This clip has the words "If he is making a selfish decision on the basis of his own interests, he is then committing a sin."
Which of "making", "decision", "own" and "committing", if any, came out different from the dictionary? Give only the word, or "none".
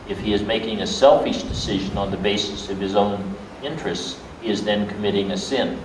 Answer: none